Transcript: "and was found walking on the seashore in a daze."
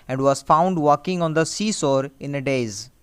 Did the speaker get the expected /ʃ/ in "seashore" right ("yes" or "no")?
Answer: no